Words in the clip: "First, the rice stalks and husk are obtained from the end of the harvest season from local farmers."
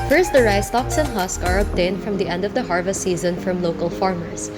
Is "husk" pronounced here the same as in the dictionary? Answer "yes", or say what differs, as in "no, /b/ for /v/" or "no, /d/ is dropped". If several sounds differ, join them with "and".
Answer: yes